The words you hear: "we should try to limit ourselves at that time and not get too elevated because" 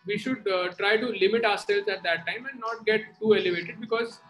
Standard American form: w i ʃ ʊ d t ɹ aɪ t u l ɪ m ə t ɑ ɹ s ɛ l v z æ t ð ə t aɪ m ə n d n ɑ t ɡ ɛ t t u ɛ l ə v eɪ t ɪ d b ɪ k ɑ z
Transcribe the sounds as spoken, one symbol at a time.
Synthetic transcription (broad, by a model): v i ʃ ʊ d t ɹ aɪ t u l ɪ m ə t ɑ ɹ s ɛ l z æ t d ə t aɪ m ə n n ɑ t ɡ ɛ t t u ɛ l ə v eɪ t ɪ d b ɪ k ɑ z